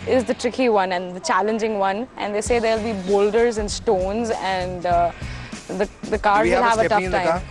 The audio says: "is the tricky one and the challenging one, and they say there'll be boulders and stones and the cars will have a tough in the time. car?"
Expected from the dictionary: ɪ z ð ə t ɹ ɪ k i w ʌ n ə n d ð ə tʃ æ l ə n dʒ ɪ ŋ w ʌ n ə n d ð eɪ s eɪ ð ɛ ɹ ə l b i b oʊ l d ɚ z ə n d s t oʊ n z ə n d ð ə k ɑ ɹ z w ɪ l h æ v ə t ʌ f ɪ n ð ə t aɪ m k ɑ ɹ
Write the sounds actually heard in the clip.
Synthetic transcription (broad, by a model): ɪ z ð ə t ɹ ɪ k i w ʌ n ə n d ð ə tʃ æ l ə n dʒ ɪ ŋ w ʌ n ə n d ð eɪ s eɪ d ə l b i b oʊ l d ɚ z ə n s t oʊ n z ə n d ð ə k ɑ ɹ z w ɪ l h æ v ə t ʌ f t aɪ m